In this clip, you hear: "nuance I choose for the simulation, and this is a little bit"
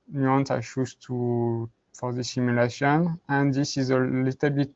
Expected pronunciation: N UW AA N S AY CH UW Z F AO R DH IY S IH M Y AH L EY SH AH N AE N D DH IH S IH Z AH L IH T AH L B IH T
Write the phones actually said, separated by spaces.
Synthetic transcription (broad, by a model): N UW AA N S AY SH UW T F AO R DH IY S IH M Y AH L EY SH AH N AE N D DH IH S IH Z AH L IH T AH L B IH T